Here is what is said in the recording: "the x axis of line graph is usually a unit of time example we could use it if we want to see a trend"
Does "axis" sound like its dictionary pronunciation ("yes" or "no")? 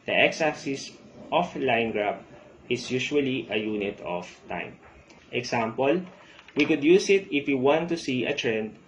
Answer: no